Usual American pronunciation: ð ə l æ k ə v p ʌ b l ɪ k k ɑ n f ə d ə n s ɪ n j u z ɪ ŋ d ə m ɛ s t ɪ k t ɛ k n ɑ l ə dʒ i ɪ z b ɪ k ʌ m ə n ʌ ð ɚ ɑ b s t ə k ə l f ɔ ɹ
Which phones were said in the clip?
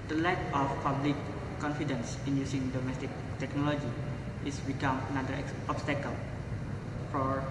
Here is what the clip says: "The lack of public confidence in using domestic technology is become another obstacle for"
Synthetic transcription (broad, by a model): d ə l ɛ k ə f p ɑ b l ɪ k k ɑ n f ə d ə n s ɪ n j u s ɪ ŋ d ə m ɛ s t ɪ k t ɛ k n ɑ l ə dʒ i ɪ s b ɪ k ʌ m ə n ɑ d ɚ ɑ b s t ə k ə l f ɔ ɹ